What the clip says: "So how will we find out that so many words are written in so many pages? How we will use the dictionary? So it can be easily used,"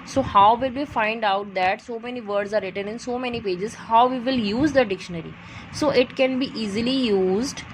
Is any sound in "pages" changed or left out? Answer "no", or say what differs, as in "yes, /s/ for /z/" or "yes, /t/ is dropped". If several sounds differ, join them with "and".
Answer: no